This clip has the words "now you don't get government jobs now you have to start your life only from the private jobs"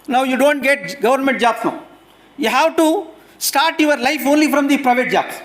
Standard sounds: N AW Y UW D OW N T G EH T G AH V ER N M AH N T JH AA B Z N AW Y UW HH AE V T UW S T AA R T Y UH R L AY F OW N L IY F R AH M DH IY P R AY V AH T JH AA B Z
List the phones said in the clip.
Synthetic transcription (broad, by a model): N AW Y UW D OW N T G EH T G AH V ER N M AH N T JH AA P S N AW Y UW HH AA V T UW S T AA R T Y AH R L AY F OW N L IY F R AH M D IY P R AY V AH T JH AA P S